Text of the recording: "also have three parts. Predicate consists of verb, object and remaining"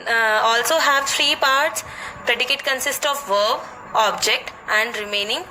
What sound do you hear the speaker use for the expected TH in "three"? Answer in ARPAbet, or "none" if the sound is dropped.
F